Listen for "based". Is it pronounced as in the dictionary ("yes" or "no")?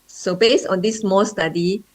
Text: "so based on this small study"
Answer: no